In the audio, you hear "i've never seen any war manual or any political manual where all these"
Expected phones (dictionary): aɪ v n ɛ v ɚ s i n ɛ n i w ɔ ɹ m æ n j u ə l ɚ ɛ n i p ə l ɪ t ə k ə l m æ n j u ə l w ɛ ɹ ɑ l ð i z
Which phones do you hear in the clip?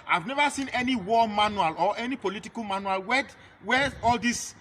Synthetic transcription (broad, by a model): aɪ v n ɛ v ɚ s i n ɛ n i w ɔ m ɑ n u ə l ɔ ɛ n i p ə l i t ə k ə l m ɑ n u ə l w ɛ w ɑ l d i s